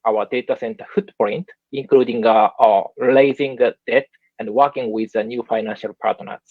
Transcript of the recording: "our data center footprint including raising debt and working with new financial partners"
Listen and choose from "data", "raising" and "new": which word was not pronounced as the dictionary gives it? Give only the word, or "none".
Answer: raising